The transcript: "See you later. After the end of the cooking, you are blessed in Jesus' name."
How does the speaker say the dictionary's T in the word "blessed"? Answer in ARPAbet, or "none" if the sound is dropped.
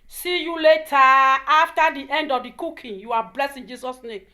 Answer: none